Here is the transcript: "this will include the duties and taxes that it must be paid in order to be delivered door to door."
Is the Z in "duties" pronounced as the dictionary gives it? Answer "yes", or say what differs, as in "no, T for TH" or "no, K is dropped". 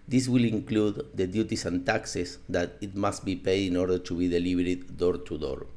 no, S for Z